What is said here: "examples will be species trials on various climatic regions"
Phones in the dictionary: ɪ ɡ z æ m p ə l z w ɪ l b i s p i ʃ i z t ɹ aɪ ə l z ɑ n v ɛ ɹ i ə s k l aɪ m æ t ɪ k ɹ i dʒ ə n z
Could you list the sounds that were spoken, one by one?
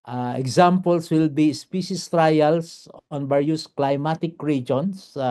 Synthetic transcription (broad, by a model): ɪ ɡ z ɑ m p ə l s w ɪ l b i s p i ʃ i s t ɹ aɪ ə l s ɑ n b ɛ ɹ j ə s k l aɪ m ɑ t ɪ k ɹ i dʒ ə n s